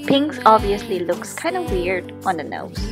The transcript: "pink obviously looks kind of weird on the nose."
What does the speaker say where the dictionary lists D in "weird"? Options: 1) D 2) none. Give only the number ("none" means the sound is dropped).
1